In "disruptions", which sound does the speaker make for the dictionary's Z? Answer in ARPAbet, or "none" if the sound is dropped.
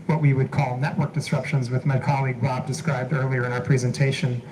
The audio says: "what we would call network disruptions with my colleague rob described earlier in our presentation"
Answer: Z